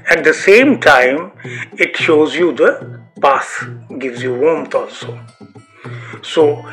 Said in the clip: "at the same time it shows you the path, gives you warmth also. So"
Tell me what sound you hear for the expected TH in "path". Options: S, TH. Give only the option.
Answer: S